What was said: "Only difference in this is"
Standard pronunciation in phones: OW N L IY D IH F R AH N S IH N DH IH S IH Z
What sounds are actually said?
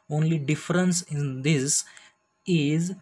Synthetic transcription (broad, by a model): OW N L IY D IH F R AH N S IH N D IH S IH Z